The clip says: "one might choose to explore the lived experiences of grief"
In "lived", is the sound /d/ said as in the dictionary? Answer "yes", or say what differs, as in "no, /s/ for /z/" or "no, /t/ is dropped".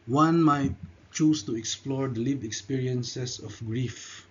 no, /d/ is dropped